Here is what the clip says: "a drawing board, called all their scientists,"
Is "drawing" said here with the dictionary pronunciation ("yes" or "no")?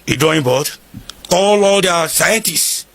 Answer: no